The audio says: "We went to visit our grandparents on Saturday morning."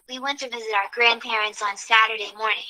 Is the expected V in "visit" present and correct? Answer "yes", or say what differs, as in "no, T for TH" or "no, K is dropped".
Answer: yes